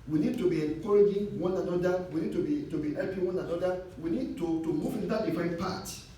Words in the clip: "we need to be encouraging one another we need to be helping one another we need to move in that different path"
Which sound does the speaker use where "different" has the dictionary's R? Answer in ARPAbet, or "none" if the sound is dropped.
none